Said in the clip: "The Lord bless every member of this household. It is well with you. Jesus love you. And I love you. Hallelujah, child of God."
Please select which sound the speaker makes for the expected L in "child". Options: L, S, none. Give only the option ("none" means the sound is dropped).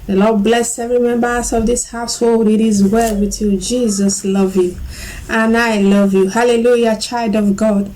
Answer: L